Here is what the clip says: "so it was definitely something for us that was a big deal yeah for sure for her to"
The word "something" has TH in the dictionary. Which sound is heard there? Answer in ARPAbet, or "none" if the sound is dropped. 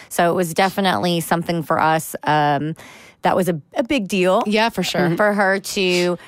TH